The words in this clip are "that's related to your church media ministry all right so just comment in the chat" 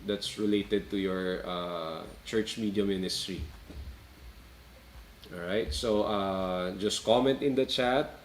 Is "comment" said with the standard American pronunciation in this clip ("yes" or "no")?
yes